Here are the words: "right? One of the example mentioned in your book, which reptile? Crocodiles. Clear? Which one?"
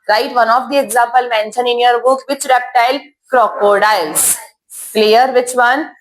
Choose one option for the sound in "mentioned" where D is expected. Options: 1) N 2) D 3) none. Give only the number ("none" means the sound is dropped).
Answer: 3